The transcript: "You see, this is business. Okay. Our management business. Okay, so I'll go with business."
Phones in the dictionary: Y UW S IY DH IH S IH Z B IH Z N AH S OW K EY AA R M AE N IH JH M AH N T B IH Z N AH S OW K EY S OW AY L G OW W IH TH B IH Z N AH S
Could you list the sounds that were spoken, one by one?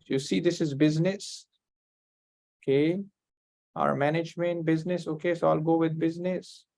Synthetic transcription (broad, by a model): Y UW S IY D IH S IH Z B IH Z N AH S OW K EY AA R M AE N IH JH M AH N T B IH Z N AH S OW K EY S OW L G OW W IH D B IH Z N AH S